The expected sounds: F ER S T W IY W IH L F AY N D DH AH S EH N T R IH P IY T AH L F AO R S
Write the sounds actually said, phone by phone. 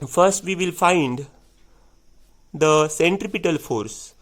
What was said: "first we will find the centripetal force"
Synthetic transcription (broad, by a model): F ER S T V IY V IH L F AY N D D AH S EH N T R IH P IY T AH L F AO R S